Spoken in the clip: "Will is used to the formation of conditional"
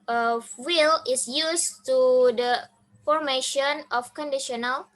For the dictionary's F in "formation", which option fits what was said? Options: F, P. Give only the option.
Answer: F